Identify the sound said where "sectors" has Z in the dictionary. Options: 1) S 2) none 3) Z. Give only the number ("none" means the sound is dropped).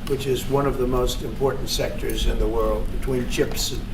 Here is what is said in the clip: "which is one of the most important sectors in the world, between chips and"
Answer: 3